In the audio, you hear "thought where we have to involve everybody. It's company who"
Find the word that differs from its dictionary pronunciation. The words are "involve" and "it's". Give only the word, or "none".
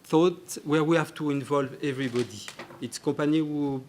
none